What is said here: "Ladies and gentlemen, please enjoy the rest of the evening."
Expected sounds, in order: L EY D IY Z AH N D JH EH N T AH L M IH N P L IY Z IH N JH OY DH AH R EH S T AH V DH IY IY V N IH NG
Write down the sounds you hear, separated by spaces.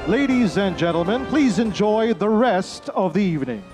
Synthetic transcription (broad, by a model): L EY D IY Z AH N JH EH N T L M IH N P L IY Z IH N JH OY DH AH R EH S T AH V DH IY IY V N IH NG